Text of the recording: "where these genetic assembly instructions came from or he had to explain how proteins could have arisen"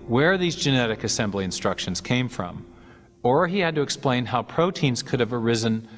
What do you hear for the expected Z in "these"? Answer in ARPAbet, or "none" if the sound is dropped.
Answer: Z